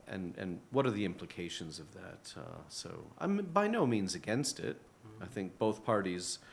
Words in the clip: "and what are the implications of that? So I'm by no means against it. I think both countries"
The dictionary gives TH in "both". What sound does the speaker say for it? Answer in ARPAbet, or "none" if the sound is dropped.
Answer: TH